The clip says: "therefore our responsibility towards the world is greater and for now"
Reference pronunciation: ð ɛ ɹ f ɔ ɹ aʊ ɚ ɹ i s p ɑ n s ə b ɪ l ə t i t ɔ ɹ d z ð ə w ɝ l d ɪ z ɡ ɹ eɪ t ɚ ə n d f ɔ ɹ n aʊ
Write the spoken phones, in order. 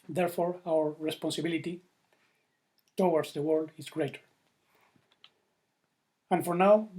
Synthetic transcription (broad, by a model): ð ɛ ɹ f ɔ ɹ aʊ ɚ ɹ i s p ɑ n s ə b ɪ l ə t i t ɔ w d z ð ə w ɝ l d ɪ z ɡ ɹ eɪ t ɚ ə n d f ɔ ɹ n aʊ